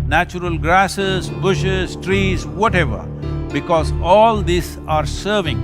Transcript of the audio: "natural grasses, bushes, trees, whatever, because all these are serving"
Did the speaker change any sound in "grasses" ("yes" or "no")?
no